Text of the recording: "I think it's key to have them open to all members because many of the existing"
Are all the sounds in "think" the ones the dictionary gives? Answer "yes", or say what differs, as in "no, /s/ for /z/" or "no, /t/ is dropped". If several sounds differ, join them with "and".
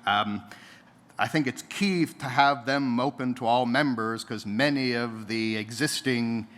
yes